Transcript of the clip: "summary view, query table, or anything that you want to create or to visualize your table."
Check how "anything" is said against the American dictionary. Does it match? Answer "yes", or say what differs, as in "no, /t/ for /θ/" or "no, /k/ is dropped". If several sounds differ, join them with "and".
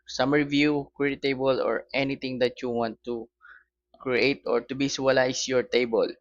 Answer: no, /t/ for /θ/